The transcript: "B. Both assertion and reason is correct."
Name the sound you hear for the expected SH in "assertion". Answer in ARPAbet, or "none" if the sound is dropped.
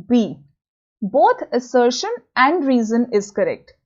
SH